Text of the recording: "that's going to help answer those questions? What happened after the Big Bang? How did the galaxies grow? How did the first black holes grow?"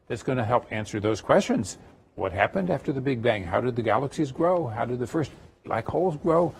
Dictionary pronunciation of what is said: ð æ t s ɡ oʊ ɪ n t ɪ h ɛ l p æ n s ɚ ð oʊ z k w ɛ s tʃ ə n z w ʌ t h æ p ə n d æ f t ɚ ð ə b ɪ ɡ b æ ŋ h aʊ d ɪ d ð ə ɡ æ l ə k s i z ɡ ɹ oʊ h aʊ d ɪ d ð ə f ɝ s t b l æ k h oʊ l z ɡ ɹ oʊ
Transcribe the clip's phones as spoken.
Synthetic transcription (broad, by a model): ð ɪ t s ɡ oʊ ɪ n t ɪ h ɛ l p æ n s ɚ ð oʊ z k w ɛ s tʃ ə n z w ʌ t h æ p ə n d æ f t ɚ ð ə b ɪ ɡ b æ ŋ h aʊ d ɪ d ð ə ɡ æ l ə k s i z ɡ ɹ oʊ h aʊ d ɪ d ð ə f ɝ s t l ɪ k h oʊ l z ɡ ɹ oʊ